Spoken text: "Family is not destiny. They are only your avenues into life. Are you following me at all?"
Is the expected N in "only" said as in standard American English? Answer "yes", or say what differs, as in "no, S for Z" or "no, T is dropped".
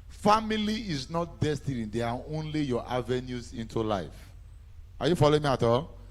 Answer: yes